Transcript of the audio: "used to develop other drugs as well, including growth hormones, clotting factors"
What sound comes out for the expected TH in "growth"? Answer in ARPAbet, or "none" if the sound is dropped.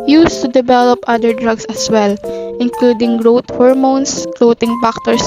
T